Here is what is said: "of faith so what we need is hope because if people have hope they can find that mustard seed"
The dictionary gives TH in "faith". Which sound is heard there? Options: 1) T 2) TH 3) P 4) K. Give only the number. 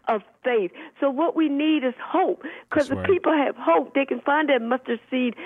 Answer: 2